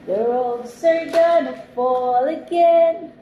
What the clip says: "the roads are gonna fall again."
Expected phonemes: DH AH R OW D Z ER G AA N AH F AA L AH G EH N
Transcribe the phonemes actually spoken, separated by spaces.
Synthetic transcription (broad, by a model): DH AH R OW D S ER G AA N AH F AA L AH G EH N